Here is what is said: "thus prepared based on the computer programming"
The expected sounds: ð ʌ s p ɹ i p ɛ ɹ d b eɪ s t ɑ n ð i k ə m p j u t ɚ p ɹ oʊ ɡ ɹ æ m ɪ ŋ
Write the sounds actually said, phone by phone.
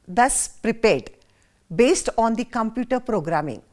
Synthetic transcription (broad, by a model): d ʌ s p ɹ i p ɛ ɹ d b eɪ s t ɑ n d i k ə m p j u t ɚ p ɹ oʊ ɡ ɹ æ m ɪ ŋ